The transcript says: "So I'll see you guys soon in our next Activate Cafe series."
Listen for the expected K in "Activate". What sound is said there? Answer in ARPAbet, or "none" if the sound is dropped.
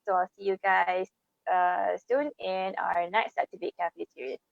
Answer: none